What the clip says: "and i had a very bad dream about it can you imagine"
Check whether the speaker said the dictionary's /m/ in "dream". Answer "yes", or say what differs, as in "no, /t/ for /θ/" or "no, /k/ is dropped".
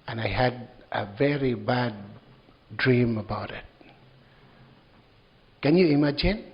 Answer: yes